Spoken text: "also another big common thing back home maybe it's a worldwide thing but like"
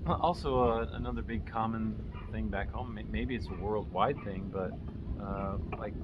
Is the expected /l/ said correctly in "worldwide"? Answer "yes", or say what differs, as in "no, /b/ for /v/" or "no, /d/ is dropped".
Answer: yes